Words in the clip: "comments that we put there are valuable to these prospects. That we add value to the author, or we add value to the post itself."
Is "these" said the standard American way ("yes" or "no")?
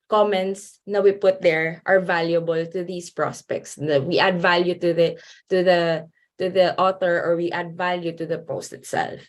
no